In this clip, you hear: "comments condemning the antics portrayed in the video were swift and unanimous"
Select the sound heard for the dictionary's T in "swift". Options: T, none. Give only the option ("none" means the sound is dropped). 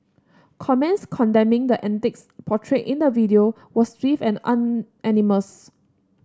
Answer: none